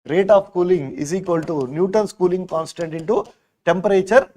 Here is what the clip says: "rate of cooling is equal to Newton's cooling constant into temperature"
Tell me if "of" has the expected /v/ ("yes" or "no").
no